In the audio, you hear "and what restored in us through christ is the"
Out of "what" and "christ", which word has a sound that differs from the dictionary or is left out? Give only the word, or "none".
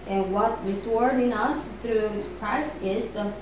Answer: christ